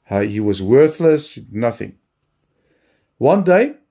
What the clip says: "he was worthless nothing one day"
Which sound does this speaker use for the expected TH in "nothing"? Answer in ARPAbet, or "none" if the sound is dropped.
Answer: TH